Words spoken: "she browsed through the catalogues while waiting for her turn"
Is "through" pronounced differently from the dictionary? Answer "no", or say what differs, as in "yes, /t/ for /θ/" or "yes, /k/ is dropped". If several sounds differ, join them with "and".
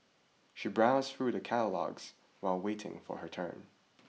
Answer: no